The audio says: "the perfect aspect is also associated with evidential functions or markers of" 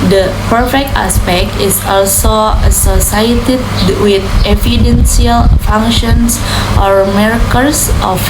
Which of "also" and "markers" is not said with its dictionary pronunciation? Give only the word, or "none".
markers